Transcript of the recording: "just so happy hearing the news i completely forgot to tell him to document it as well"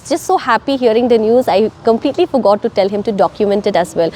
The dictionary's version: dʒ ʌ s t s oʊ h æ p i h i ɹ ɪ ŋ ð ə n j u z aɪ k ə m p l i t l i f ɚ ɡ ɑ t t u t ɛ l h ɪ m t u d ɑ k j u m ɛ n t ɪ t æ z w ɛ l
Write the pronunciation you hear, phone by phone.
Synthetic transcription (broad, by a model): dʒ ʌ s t s oʊ h æ p i h i ɹ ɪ ŋ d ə n j u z aɪ k ə m p l i t l i f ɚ ɡ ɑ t t u t ɛ l h ɪ m t u d ɑ k j u m ɛ n t ɪ t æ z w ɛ l